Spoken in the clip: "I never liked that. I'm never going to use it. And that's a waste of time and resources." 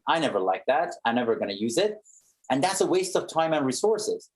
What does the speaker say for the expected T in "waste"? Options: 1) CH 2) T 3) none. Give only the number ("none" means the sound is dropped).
2